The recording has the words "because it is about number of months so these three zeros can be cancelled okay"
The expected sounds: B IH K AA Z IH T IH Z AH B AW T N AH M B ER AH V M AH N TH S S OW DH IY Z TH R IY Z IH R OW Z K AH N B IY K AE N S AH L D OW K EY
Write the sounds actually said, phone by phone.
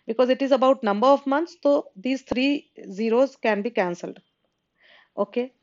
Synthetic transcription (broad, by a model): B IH K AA Z IH T IH Z AH B AW T N AH M B ER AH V M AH N T S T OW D IY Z T R IY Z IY R OW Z K AH N B IY K AE N S AH L D OW K EY